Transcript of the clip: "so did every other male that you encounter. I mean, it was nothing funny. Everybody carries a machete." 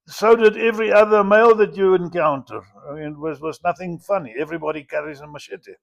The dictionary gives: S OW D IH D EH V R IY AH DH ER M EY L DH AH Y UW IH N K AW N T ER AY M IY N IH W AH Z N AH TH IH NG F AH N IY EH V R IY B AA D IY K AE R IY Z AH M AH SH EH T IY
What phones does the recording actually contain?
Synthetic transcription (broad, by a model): S OW D IH D EH V R IY AH DH ER M EY L DH AH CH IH IH N K AW N T ER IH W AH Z W AH Z N AH TH IH NG F AH N IY EH V R IY B AA D IY K AE R IY Z AH M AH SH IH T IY